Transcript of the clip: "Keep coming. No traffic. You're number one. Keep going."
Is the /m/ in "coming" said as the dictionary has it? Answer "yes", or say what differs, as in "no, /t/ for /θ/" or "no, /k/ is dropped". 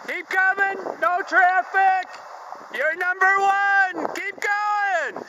yes